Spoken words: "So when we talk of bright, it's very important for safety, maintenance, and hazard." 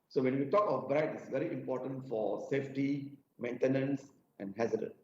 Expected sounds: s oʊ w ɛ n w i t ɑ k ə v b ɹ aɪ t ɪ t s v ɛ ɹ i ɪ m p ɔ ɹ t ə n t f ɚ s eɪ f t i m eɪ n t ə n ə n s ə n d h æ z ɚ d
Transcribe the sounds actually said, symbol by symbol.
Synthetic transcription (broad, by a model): s oʊ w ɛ n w i t ɑ k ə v b ɹ aɪ t ɪ t s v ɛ ɹ i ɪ m p ɔ t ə n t f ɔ s eɪ f t i m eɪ n t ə n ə n s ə n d h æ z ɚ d